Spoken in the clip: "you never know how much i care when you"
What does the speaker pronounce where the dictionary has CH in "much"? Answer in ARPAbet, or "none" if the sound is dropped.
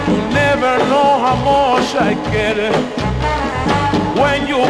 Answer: SH